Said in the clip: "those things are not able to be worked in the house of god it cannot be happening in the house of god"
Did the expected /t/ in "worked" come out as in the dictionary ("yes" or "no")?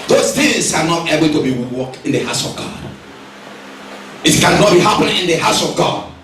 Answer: no